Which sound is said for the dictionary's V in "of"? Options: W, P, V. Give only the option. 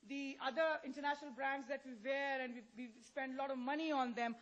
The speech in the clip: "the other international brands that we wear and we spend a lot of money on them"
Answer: V